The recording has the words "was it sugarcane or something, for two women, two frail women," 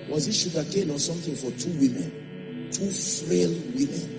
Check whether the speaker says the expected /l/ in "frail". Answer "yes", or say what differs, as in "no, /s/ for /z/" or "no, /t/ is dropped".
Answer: yes